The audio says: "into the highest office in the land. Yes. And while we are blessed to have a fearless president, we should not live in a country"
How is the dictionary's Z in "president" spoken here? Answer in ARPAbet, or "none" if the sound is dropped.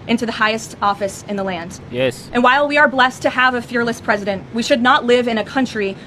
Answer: Z